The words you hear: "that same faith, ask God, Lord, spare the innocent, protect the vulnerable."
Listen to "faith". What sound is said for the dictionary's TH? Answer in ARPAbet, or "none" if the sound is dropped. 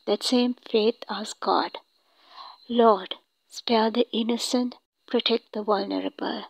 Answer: T